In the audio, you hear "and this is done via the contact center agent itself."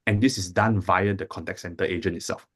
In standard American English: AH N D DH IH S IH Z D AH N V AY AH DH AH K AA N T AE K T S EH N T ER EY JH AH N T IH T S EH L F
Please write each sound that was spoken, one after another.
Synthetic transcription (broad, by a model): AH N D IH S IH S D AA N V AY AH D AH K AA N T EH K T S EH N T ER EY JH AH N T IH T S EH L F